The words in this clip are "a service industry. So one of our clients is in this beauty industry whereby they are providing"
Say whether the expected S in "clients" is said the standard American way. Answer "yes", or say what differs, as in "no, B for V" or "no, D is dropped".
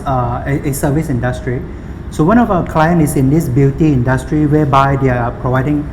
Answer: no, S is dropped